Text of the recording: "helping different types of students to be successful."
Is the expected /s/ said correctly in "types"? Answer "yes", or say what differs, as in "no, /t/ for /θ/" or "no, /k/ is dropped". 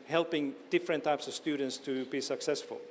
yes